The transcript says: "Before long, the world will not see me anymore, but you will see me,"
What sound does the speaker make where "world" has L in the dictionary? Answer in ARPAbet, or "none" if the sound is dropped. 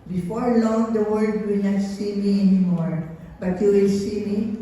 none